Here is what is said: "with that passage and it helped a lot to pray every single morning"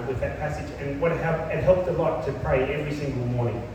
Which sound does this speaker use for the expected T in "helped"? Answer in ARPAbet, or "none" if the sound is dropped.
T